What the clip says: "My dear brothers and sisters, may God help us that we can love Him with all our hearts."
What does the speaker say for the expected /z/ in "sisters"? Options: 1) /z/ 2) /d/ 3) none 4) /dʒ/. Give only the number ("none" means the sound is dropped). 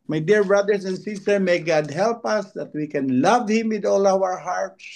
3